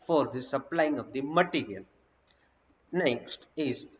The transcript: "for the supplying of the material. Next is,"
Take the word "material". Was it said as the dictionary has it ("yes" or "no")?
no